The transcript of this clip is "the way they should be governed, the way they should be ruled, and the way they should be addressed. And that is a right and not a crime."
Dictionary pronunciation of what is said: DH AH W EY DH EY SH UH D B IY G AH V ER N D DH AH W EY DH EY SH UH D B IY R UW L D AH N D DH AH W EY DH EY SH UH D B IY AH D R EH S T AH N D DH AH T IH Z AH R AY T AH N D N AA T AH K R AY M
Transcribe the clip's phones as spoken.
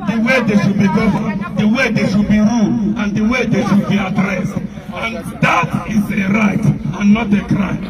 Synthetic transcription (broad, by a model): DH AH W EY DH EY SH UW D B IY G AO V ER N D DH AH W EY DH EY SH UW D B IY R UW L AH N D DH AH W EY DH EY SH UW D B IY AH D R EH S T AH N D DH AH T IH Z AH R AY T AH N N AA T AH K R AY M